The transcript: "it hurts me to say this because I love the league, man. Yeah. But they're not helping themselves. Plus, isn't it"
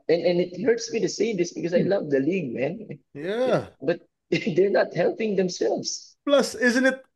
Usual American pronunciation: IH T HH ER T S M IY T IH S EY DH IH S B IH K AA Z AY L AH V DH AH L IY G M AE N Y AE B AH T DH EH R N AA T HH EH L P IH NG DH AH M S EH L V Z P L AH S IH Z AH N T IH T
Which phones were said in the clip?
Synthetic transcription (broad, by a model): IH T HH ER T S M IY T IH S EY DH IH S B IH K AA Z AY L AH V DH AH L IY G M AE N Y AE B AH T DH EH R N AA T HH EH L P IH NG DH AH M S EH L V S P L AH S IH Z AH N T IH T